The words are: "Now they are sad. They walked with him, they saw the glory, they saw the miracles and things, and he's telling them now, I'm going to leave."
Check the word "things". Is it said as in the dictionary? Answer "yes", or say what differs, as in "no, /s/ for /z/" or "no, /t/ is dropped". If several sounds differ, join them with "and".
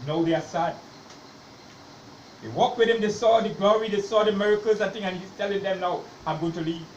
no, /z/ is dropped